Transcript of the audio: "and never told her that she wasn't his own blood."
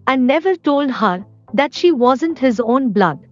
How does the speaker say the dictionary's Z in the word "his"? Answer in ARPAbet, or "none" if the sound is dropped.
Z